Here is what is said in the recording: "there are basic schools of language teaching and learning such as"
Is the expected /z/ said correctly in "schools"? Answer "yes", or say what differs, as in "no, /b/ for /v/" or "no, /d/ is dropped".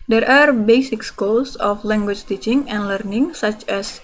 no, /s/ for /z/